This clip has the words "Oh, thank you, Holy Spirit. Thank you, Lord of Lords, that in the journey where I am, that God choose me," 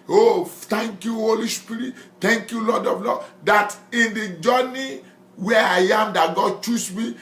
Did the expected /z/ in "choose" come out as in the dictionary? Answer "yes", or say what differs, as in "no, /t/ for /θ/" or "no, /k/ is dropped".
no, /s/ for /z/